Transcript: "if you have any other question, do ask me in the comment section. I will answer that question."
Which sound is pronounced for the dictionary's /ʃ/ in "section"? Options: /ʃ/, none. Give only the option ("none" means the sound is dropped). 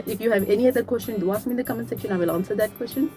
none